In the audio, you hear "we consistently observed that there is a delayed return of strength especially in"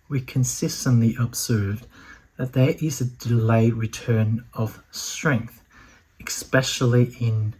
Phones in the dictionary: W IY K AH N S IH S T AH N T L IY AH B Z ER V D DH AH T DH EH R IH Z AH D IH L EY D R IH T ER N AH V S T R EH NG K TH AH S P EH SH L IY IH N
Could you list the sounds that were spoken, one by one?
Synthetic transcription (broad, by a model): W IY K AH N S IH S T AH N T L IY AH B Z ER V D DH AH T DH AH R IH Z AH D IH L EY R IH T ER N AH V S T R EH NG K TH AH S P EH SH L IY IH N